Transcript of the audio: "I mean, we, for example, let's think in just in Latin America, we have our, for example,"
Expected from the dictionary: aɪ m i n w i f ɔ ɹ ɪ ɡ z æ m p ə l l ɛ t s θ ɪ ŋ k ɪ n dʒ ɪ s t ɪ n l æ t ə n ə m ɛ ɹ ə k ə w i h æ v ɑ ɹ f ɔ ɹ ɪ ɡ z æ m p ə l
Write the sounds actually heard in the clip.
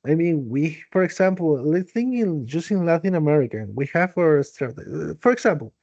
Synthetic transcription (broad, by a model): aɪ m i n w i f ɔ ɹ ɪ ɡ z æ m p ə l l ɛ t θ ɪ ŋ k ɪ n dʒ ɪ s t ɪ n l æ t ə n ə m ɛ ɹ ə k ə w i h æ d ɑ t f ɔ ɹ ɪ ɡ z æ m p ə l